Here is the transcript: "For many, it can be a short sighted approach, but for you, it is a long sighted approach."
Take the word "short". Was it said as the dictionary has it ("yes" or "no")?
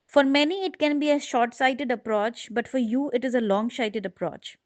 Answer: yes